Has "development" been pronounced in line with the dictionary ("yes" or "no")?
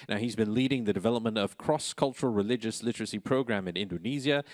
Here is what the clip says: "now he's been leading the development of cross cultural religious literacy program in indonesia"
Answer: yes